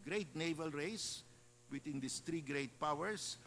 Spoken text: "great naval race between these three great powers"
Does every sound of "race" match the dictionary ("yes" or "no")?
yes